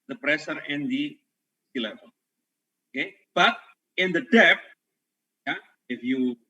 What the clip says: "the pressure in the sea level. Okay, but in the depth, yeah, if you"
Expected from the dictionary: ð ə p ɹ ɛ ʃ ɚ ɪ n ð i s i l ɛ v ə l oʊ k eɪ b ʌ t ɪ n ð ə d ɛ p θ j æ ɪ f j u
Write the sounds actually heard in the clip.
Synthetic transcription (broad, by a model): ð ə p ɹ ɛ s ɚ ɪ n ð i s i l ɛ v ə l oʊ k eɪ b ʌ t ɪ n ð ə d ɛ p j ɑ ɪ f j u